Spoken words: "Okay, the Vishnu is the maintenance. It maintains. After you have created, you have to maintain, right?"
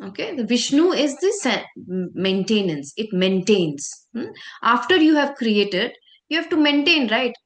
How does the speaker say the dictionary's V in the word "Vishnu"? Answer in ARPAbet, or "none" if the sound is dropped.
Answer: V